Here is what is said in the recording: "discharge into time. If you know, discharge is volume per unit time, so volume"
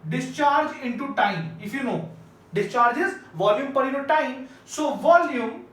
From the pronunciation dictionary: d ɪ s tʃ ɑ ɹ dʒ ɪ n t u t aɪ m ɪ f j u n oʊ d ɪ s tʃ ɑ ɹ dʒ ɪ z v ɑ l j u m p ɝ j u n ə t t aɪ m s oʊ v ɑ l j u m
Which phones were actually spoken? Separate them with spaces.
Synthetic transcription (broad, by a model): d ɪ s tʃ ɑ ɹ dʒ ɪ n t u t aɪ m ɪ f j u n oʊ d ɪ s tʃ ɑ ɹ dʒ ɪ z v ɑ l j u m p ɝ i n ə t t aɪ m s oʊ v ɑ l j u m